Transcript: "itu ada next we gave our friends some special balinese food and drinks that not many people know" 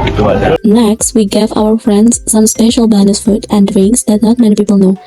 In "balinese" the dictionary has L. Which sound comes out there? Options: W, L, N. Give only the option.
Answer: N